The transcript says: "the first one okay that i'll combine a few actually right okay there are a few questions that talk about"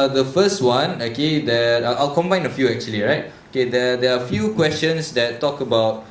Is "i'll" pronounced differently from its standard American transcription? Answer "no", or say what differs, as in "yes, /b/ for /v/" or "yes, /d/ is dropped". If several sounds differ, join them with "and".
no